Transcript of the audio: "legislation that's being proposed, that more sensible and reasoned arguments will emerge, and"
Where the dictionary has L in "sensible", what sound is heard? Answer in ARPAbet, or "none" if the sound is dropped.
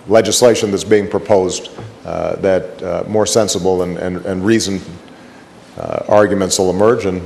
N